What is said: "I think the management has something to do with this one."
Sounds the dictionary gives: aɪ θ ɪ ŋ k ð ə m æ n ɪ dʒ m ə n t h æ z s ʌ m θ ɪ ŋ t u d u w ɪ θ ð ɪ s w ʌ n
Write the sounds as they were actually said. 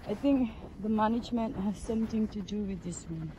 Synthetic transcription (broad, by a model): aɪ t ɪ ŋ k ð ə m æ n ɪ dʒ m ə n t h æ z s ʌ m t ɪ ŋ t u d u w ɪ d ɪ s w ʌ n